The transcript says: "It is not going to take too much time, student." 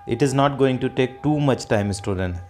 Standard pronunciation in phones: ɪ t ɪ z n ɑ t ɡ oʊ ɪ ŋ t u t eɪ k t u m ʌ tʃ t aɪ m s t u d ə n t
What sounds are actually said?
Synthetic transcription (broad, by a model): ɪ t ɪ z n ɑ t ɡ oʊ ɪ ŋ t u t eɪ k t u m ʌ tʃ t aɪ m s t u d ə n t